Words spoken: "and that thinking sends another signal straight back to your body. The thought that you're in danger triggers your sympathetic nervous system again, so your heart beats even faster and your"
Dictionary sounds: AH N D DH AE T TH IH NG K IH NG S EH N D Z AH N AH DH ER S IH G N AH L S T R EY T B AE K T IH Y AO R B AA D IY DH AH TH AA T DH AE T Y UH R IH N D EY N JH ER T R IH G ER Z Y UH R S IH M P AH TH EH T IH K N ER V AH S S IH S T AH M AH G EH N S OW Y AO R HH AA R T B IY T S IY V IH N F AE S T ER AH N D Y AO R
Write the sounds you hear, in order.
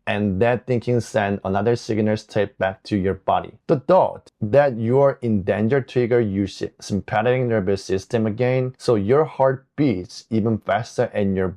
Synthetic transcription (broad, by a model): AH N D DH AE T TH IH NG K IH NG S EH N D AH N AH DH ER S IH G N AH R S T EY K B AE K T IH Y AO R B AA D IY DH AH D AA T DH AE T Y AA R IH N D EY N JH ER T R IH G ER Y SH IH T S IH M P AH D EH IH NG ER B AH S S IH S T AH M AH G EH N S OW Y AO R HH AA R T B IY T S IY V IH N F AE S T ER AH N Y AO R